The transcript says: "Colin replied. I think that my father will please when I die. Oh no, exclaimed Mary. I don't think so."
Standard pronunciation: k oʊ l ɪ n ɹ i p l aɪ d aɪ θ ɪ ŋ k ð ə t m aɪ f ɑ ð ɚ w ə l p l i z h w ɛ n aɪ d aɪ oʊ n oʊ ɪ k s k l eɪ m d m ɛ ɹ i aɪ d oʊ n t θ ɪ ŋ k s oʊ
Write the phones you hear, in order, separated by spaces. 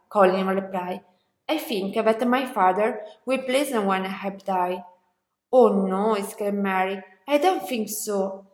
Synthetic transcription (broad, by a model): k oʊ l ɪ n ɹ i p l aɪ aɪ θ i ŋ k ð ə t m aɪ f ɑ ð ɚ w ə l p l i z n w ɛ n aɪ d aɪ oʊ n oʊ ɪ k s k l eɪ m m ɛ ɹ i aɪ d oʊ n t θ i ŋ k s oʊ